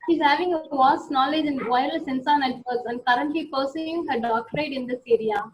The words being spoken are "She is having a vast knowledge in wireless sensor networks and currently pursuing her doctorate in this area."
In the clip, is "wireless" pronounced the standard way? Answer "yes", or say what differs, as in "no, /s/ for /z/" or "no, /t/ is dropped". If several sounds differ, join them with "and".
no, /l/ is dropped